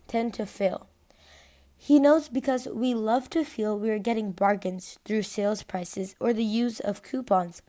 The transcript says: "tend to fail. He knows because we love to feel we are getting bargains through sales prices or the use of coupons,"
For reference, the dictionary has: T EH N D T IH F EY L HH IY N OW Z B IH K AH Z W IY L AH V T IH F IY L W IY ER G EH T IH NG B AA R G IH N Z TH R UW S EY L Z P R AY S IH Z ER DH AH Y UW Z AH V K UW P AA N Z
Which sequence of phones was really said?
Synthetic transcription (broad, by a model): T EH N T IH F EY L HH IY N OW Z B IH K AH Z W IY L AH V T IH F IY L W IY ER G EH T IH NG B AA R G IH N Z TH R UW S EY L Z P R AY S IH Z ER DH AH Y UW Z AH V K UW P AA N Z